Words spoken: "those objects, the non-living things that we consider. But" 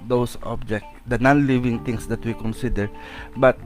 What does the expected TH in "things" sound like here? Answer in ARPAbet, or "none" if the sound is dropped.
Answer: T